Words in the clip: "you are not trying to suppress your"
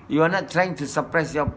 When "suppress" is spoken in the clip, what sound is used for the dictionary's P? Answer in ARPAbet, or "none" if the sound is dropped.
P